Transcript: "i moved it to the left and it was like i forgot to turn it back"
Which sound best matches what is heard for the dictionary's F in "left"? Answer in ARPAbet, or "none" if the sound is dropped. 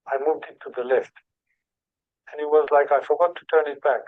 F